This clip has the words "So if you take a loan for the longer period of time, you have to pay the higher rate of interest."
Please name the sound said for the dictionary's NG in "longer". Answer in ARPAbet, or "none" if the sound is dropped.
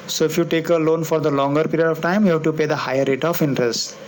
NG